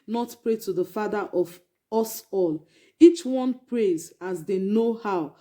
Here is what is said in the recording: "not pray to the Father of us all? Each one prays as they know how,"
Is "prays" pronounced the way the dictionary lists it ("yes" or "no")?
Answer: yes